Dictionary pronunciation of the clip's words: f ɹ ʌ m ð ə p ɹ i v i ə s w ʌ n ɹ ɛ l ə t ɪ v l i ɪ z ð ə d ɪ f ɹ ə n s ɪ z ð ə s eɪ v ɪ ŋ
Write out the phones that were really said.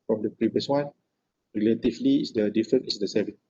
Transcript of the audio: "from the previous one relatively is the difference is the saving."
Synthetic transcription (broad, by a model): f ɹ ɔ m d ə p ɹ i v i ə s w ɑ n ɹ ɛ l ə t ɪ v l i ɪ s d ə d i f ɹ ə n ɪ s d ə s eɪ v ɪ